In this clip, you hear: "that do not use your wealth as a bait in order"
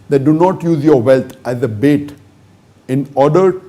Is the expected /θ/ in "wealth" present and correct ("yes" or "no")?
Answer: no